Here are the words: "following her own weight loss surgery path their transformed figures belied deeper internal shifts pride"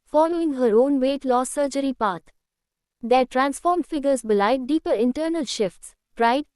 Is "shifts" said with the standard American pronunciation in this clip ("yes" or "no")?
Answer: yes